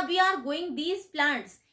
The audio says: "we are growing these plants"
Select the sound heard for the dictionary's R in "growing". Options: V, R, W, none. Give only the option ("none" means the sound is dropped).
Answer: none